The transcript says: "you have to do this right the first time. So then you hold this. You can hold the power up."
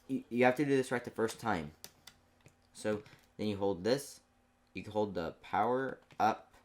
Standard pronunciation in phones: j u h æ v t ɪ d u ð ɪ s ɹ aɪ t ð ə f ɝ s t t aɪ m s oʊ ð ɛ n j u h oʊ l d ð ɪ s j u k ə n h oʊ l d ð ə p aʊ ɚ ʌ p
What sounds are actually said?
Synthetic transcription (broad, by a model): j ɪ h æ f t ɪ d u ð ɪ s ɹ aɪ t ð ə f ɝ s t t aɪ m s oʊ ð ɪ n j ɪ h oʊ l d ð ɪ s j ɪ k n h oʊ l d ð ə p aʊ ɚ ʌ p